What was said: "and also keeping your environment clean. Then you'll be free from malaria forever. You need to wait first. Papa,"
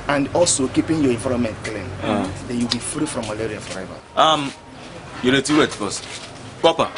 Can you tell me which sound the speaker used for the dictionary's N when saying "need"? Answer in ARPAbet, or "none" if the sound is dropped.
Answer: L